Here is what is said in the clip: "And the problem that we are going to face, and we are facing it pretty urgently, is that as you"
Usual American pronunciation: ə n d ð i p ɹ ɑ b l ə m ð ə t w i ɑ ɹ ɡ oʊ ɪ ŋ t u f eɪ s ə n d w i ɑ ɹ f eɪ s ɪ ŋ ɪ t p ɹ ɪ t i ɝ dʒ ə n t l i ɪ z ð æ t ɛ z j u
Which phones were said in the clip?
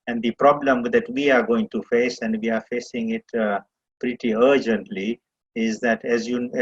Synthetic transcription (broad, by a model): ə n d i p ɹ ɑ b l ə m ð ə t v i ɑ ɹ ɡ oʊ ɪ ŋ t u f eɪ s ə n d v i ɑ ɹ f eɪ s ɪ ŋ ɪ t p ɹ ɪ t i ɝ dʒ ə n t l i ɪ z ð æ t ɛ z j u